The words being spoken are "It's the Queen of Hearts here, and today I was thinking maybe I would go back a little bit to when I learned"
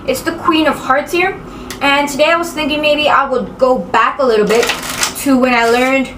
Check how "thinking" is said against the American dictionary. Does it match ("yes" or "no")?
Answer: yes